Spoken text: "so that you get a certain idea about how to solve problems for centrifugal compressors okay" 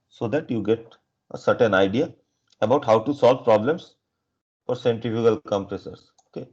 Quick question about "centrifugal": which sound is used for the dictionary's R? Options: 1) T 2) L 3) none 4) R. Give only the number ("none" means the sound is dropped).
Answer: 3